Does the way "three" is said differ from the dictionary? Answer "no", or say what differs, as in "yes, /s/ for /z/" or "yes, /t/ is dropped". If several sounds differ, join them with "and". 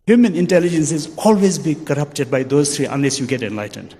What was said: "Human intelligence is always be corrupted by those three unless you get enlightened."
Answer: yes, /t/ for /θ/